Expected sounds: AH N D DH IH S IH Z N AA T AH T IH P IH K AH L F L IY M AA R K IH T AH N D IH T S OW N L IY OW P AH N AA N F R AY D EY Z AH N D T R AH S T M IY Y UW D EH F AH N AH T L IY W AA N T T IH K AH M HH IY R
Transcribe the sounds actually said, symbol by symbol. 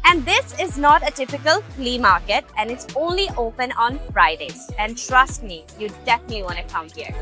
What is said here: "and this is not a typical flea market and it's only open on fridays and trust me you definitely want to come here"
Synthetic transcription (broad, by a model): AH N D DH IH S IH Z N AA T AH T IH P IH K AH L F L IY M AA R K IH T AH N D IH T S OW N L IY OW P AH N AA N F R AY D EY Z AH N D T R AH S T M IY Y UW D EH F AH N AH T L IY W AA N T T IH K AH M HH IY R